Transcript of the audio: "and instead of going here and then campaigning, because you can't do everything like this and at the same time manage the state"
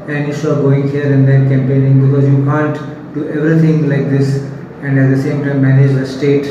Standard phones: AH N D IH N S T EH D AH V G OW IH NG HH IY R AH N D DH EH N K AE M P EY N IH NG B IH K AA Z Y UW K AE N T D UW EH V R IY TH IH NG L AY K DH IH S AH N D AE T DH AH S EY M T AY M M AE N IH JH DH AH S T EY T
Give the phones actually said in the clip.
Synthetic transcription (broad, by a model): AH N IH S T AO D G OW IH NG HH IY R AH N D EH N K AE M P EY N IH NG B IH K AA Z Y UW K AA N T D UW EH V R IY T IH NG L AY K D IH S AH N D AE T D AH S EY M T AY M M AE N IH JH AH S T EY T